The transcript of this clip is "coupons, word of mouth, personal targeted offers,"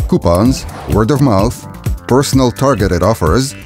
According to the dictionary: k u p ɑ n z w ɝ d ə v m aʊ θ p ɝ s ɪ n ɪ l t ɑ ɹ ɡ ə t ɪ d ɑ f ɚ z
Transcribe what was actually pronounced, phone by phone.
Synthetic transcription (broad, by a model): k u p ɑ n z w ɝ d ə v m aʊ θ p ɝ s n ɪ l t ɑ ɹ ɡ ə t ɪ d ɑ f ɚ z